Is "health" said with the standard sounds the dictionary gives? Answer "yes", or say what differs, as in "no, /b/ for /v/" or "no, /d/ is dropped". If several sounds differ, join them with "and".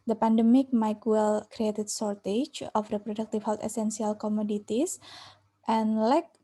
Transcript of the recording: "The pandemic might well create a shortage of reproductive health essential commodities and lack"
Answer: no, /t/ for /θ/